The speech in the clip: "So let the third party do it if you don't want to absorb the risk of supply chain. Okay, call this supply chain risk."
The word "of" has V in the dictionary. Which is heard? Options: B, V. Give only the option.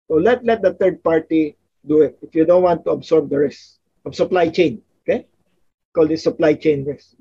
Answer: B